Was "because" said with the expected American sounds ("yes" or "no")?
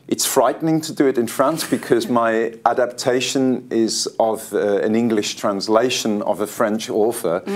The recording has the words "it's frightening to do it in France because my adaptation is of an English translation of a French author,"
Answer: yes